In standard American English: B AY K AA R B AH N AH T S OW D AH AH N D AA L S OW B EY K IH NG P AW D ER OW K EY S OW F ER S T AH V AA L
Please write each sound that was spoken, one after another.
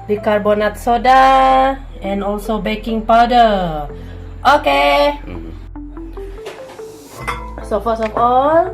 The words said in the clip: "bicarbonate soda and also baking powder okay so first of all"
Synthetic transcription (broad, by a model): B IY K AA R B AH N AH T S OW D AH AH N AA L S OW B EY K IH NG P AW D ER OW K EY S OW F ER S AH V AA L